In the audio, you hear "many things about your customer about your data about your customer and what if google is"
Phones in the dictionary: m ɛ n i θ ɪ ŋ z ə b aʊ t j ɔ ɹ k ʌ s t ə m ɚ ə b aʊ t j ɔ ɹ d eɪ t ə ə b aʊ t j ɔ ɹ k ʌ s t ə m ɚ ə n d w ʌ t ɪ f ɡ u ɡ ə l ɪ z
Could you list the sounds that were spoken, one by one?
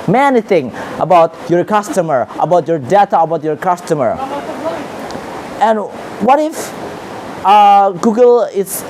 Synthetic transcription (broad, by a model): m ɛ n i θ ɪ ŋ ə b aʊ t j ɔ ɹ k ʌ s t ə m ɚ ə b aʊ t j ɔ ɹ d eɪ t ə ə b aʊ t j ɔ ɹ k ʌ s t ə m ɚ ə n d w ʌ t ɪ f ɡ u ɡ ə l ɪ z